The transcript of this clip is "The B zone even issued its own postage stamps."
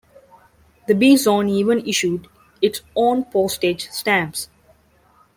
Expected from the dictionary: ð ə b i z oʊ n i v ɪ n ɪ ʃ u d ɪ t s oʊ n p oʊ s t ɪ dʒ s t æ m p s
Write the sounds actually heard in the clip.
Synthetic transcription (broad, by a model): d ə b i z oʊ n i v ɪ n ɪ ʃ u d ɪ t s oʊ n p oʊ s t ɪ dʒ s t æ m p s